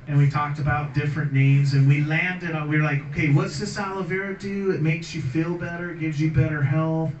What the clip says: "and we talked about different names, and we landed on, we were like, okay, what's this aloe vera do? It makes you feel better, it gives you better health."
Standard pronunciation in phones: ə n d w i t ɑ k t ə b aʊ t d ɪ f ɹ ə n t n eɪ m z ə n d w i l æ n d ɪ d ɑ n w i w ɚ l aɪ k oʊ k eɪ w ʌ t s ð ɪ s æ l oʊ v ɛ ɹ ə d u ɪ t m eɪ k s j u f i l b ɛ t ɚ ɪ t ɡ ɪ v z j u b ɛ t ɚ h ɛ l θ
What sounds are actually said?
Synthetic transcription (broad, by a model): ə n w i t ɑ k t ə b aʊ t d ɪ f ɹ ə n n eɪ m z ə n w i l æ n d ɪ d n w i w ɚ l aɪ k oʊ k eɪ w ʌ t s ð ɪ s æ l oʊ v ɛ ɹ ə d u ɪ t m eɪ k s j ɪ f i l b ɛ t ɚ ɪ t ɡ ɪ v z j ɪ b ɛ t ɚ h ɛ l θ